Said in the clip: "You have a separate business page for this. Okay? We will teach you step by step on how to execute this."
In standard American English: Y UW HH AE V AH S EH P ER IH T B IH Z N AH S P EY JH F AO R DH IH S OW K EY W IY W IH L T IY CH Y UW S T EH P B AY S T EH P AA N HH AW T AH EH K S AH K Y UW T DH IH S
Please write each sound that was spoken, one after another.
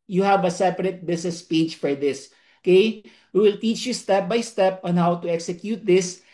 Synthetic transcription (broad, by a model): Y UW HH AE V AH S EH P ER IH T B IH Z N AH S P EY JH F AO R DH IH S OW K EY W IY W IH L T IY CH Y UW S T EH P B AY S T EH P AA N HH AW T AH EH K S AH K Y UW T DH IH S